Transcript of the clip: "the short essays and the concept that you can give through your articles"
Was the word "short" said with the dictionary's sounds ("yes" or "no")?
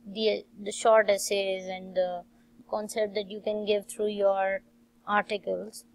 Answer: yes